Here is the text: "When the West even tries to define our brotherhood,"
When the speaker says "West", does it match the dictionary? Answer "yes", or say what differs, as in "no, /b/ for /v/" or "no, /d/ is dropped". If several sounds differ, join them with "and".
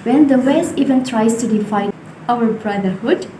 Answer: no, /t/ is dropped